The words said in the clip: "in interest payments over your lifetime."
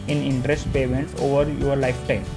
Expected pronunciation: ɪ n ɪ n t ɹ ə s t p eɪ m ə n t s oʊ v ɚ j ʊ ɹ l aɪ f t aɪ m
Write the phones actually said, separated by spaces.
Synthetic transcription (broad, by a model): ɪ n ɪ n t ɹ ə s t p eɪ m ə n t oʊ v ɚ j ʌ ɹ l aɪ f t aɪ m